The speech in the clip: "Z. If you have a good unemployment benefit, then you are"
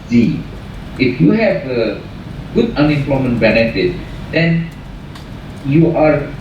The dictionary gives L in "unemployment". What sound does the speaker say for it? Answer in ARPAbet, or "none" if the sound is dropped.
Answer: L